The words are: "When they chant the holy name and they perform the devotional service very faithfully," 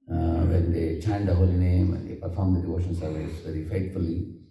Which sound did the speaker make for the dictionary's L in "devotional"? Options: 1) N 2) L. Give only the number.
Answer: 1